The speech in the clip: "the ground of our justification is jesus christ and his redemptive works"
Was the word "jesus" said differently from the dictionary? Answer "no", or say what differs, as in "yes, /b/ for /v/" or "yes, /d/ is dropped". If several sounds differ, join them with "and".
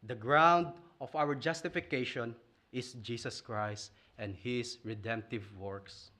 yes, /s/ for /z/